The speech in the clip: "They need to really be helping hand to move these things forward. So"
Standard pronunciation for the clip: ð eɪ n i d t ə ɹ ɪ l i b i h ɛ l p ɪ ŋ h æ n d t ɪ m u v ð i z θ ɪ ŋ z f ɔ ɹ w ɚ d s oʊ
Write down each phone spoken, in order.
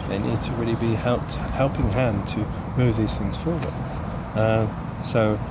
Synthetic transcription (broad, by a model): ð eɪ n i d t ə ɹ ɪ l i b i h ɛ l p ɪ ŋ h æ n t ɪ m u v ð i z θ ɪ ŋ z f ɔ ɹ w ɚ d s oʊ